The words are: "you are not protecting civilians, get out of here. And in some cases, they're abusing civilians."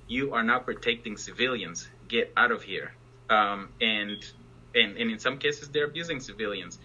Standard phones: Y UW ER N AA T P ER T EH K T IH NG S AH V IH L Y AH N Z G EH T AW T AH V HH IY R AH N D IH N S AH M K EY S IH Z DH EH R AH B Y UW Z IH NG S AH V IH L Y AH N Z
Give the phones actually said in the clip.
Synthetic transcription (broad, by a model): Y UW ER N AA T P ER T EH K T IH NG S AH V IH L Y AH N Z G EH T AW T AH V HH IY R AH N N IH N S AH M K EY S IH Z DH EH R AH B Y UW Z IH NG S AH V IH L Y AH N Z